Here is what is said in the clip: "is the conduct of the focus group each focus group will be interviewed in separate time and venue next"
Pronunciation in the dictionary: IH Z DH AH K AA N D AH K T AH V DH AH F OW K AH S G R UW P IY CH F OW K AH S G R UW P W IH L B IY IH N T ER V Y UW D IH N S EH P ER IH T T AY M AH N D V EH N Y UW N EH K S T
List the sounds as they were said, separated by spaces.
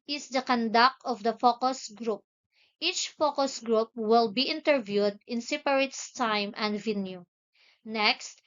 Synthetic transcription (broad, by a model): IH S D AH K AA N D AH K AH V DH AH F OW K AH S G R UW P IY CH F OW K AH S G R UW P W IH L B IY IH N T ER V Y UW D IH N S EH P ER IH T T AY M AH N D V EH N Y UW N EH K S T